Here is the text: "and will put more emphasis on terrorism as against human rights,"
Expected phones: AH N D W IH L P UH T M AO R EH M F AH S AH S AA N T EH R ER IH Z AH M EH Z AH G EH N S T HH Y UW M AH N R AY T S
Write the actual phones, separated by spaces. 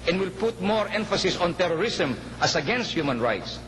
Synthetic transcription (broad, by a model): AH N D W IH L P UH T M AO R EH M F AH S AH S AA N T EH R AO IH S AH M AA S AH G EH N S T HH Y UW M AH N R AY T S